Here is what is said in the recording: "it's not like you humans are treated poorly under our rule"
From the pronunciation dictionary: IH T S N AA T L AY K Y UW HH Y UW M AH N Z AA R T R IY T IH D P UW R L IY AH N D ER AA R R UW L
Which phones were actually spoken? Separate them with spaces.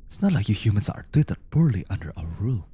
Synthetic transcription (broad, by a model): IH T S N AA T L AY K Y UW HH Y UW M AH N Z AA R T IY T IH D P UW R L IY AH N D ER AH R R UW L